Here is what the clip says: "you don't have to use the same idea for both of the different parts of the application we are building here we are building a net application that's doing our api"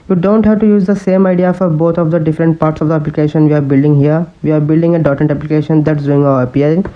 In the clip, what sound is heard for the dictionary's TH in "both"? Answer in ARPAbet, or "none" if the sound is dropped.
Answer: T